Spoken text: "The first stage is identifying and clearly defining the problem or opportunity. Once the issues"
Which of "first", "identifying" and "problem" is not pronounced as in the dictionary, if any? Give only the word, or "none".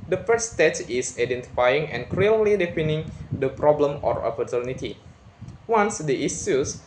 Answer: first